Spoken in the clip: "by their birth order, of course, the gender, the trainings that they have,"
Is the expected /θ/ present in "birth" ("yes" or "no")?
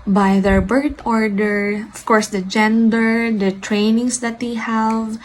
no